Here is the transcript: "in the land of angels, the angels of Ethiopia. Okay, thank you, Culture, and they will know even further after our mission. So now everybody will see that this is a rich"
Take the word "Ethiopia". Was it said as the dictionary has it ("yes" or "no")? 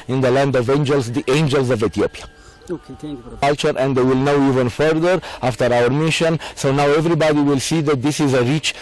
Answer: no